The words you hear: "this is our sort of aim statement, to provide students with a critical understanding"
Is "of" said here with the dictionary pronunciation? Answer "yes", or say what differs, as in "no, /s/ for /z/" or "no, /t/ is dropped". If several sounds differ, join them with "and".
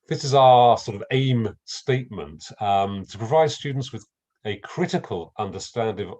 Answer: yes